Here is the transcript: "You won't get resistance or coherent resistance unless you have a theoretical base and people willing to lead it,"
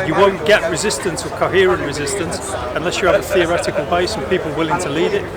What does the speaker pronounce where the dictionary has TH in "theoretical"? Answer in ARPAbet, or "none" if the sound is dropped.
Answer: TH